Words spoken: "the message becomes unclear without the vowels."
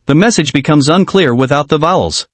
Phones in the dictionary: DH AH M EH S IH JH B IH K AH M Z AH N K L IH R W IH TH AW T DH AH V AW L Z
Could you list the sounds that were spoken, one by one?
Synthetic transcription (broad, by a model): DH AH M EH S IH JH B IH K AH M Z AH N K L IH R W IH TH AW T DH AH V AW L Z